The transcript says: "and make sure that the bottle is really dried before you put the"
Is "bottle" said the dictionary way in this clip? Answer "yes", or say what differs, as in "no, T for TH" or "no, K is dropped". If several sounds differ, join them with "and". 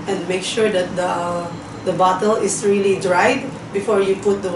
yes